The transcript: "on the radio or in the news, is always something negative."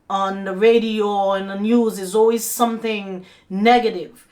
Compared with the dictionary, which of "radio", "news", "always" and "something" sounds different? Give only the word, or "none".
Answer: none